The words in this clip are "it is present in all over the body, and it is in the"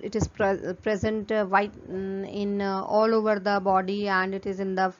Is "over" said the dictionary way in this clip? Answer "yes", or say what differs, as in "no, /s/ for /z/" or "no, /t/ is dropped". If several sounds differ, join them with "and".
yes